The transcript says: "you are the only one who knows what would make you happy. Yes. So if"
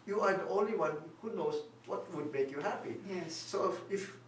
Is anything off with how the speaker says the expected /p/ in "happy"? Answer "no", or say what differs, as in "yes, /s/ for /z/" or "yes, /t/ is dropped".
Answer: no